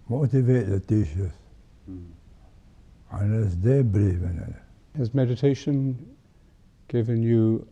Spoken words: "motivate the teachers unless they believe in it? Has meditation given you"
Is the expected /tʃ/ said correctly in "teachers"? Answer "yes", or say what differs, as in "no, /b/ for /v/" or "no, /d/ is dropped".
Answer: no, /ʃ/ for /tʃ/